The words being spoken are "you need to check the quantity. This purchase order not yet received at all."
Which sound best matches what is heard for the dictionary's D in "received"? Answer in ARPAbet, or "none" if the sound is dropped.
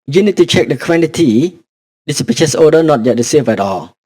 none